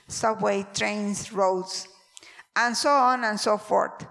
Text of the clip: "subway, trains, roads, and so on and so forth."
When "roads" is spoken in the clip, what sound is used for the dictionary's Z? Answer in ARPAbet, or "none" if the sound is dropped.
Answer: S